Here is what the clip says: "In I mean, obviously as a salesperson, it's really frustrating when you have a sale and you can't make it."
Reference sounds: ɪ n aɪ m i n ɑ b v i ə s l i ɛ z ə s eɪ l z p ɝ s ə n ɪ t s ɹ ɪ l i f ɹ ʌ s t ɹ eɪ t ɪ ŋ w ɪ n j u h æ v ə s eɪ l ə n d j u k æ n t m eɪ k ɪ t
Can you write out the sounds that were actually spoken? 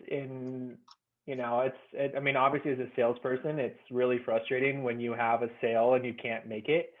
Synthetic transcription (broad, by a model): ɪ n aɪ m i n ɑ b v i ə s l i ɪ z ə s eɪ l z p ɝ s ə n ɪ t s ɹ ɪ l i f ɹ ʌ s t ɹ eɪ t ɪ ŋ w ɪ n j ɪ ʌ v ə s eɪ l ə n j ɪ k æ n m eɪ k ɪ t